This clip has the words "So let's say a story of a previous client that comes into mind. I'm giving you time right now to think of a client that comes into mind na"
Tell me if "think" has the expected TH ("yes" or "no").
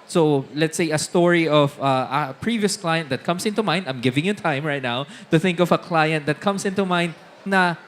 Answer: yes